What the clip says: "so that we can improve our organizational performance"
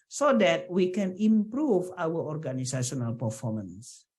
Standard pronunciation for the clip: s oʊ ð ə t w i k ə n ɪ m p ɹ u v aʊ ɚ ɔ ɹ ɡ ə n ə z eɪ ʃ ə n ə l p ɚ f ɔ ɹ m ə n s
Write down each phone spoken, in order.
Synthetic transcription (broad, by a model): s oʊ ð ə t w i k ə n ɪ m p ɹ u v aʊ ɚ ɔ ɹ ɡ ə n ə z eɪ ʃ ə n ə l p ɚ f ɔ m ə n s